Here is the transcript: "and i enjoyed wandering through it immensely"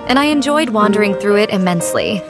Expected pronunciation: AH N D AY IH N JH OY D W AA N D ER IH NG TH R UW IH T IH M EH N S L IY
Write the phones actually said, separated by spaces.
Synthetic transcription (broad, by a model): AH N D AY IH N JH OY D W AA N D ER IH NG TH R UW IH T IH M EH N S L IY